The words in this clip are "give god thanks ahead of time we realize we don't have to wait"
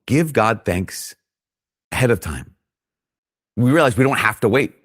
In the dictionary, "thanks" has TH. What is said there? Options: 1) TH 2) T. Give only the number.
1